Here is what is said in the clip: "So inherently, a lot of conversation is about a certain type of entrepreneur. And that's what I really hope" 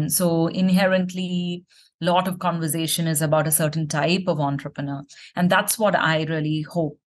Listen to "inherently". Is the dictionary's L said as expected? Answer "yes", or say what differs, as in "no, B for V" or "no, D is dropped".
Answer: yes